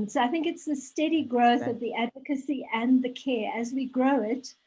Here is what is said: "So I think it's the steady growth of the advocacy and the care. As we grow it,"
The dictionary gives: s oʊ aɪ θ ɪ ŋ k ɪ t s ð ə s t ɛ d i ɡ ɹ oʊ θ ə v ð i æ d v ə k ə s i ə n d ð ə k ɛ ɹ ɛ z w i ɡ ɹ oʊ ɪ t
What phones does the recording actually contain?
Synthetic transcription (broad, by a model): s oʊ aɪ θ ɪ ŋ k ɪ t s ð ə s t ɛ d i ɡ ɹ oʊ θ ə v ð i æ d v ə k ə s i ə n ð ə k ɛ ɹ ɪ z w i ɡ ɹ oʊ ɪ t